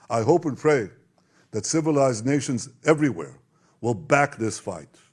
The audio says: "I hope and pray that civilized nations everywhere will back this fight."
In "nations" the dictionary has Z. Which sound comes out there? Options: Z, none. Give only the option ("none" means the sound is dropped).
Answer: Z